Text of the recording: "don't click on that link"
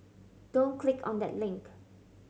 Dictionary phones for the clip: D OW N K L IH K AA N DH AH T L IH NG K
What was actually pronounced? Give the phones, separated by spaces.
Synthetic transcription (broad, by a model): D OW N K L IH K AA N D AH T L IH NG K